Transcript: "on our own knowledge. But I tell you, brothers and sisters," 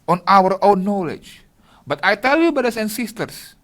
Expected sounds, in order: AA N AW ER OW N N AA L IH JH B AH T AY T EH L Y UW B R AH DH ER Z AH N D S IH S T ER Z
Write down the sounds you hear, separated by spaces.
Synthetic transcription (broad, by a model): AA N AW ER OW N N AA L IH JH B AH T AY T EH L Y UW B AH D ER S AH N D S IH S T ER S